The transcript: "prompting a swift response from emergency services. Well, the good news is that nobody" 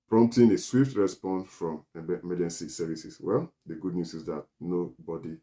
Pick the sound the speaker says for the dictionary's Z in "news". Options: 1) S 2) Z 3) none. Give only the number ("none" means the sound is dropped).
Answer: 1